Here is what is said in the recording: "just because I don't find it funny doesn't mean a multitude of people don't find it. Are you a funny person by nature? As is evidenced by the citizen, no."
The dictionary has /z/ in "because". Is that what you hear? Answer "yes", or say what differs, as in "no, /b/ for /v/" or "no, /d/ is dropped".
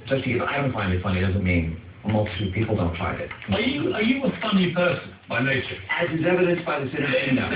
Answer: no, /z/ is dropped